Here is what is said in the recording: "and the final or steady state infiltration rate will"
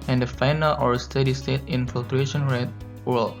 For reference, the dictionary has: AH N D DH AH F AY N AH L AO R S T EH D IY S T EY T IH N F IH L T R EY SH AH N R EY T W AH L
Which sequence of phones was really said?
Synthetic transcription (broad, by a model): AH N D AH F AY N AH L AO R S T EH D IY S T EY T IH N F IH L T R EY SH AH N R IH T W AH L